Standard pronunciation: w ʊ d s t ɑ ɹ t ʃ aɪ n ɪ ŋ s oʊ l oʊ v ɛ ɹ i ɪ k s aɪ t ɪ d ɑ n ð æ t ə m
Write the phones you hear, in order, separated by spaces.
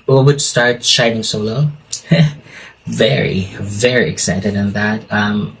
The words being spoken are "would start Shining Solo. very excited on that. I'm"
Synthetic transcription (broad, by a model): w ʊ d s t ɑ ɹ t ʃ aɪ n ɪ ŋ s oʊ l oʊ v ɛ ɹ i ɪ k s aɪ t ɪ d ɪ n ð æ t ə m